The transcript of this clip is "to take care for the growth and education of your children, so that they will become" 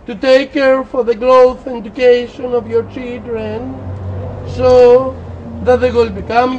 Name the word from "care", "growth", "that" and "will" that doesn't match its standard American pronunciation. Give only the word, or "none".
growth